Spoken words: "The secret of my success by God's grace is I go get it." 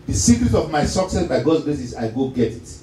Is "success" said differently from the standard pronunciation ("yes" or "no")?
no